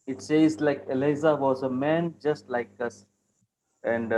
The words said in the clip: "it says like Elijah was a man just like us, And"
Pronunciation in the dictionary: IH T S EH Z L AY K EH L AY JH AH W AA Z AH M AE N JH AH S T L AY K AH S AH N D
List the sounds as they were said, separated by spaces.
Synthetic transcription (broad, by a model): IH T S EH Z L AY K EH L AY Z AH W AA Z AH M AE N JH AH S T L AY K AH S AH N D